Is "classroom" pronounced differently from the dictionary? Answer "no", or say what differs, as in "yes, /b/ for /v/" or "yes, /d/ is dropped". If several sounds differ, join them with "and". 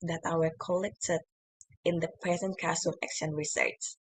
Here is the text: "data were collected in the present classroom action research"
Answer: yes, /l/ is dropped and /ɹ/ is dropped and /m/ is dropped